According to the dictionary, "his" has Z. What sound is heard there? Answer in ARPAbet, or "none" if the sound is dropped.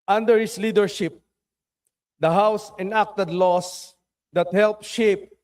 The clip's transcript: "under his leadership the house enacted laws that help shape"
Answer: S